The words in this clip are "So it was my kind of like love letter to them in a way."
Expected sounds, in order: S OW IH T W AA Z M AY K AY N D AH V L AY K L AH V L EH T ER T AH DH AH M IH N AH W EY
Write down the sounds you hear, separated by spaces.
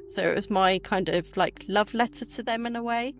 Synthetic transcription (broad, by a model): S OW IH T W AA Z M AY K AY N D AH V L AY K L AH V L EH T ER T AH DH AH M IH N AH W EY